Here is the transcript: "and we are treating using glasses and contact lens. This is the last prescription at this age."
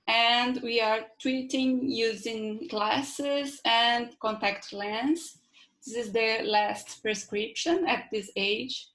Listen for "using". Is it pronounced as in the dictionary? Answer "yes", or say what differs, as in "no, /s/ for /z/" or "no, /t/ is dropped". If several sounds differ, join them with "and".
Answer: yes